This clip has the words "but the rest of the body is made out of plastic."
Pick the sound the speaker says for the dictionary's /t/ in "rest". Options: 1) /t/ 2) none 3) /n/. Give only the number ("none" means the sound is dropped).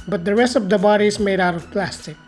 1